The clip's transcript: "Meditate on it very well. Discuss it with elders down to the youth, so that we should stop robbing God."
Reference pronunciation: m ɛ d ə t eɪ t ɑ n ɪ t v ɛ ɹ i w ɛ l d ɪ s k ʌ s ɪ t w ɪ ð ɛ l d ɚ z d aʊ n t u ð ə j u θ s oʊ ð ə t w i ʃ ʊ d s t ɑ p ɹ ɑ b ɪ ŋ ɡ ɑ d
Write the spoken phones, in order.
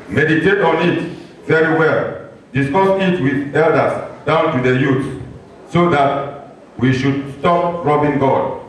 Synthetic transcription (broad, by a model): m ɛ d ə t eɪ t ɑ n ɪ t v ɛ ɹ i w ɛ l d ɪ s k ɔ s ɪ t w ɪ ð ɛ l d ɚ s d aʊ n t u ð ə j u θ s oʊ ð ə t w i ʃ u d s t ɑ p ɹ ɑ b ɪ ŋ ɡ ɑ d